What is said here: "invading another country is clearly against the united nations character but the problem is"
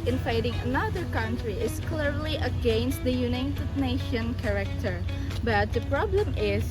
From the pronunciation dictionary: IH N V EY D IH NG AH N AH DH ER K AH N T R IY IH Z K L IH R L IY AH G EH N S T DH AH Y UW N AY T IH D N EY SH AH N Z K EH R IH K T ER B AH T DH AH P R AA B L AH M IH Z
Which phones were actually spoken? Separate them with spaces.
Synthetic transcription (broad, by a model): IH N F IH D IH NG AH N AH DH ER K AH N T R IY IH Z K L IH R L IY AH G EH N S T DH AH Y UW N AY T IH D N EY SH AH N K EH R IH K T ER B AH T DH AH P R AA B L AH M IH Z